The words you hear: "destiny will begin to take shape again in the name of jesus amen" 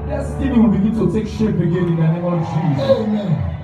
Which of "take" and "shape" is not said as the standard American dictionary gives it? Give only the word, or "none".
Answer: shape